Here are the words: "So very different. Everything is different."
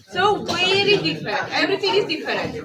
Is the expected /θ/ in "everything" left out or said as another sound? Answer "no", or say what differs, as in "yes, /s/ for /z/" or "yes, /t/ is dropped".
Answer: yes, /t/ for /θ/